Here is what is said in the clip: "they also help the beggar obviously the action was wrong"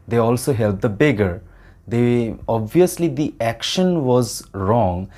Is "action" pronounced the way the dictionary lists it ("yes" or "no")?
yes